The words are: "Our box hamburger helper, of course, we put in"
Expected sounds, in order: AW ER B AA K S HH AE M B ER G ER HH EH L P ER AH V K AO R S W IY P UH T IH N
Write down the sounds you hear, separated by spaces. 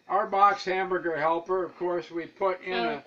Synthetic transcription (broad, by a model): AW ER B AA K S HH AE M B ER G ER HH EH L P ER AH V K AO R S W IY P UH T IH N